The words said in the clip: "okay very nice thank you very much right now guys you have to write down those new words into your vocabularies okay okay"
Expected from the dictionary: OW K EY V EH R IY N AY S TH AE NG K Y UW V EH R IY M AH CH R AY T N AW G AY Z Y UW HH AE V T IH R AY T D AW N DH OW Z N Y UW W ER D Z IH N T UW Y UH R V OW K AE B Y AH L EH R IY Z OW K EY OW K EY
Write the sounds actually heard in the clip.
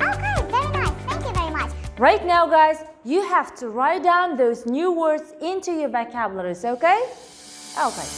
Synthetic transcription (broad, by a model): OW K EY V EH R IY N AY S TH AE NG K Y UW V EH R IY M AH CH R AY T N AW G AY Z Y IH HH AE F T IH R AY T D AW N DH OW Z N Y UW W ER D Z IH N T UW Y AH R B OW K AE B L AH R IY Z OW K EY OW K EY